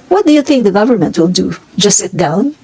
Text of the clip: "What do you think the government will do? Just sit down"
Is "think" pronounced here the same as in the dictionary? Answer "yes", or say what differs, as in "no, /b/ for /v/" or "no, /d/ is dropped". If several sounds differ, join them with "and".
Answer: yes